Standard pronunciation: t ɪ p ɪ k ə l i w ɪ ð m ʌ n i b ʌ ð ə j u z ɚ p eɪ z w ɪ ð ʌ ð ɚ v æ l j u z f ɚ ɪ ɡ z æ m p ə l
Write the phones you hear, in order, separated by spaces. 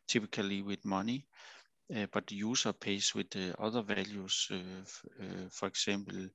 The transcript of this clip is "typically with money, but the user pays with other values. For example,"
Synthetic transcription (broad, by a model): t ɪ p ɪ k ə l i w ɪ ð m ʌ n i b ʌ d j u s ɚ p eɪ s w ɪ ð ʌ ð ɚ v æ l j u s f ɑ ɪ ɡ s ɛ m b l